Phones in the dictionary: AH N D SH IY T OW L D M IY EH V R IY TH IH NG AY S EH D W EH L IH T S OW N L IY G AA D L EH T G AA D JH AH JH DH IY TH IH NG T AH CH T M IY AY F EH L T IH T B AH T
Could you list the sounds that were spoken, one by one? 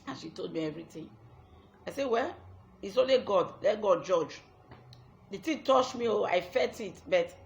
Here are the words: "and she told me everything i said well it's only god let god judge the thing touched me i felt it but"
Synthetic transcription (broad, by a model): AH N SH IY T OW L D M IY EH V R IY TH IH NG AY S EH W EH L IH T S OW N L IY G AA D L EH T G AA D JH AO JH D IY T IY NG T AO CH M IY AY F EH T IH T B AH T